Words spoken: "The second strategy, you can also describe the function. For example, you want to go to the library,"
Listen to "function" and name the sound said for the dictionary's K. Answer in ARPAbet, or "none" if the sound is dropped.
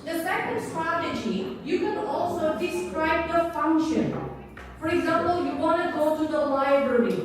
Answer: K